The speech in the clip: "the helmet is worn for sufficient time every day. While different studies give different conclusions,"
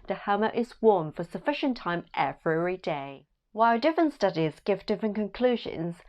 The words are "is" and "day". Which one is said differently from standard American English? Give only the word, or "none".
none